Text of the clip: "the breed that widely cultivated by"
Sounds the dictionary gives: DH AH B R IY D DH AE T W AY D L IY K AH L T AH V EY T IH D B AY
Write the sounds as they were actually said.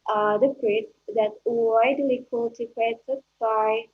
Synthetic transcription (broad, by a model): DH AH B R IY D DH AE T W AY D L IY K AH T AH P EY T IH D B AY